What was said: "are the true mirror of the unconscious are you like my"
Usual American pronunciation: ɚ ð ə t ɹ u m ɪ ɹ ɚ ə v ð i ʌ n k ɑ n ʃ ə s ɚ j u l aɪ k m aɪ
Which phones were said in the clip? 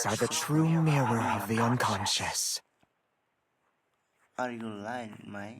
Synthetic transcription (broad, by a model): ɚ ð ə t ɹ u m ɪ w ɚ ə v ð i ʌ n k ɑ n ʃ ə s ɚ j u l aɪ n m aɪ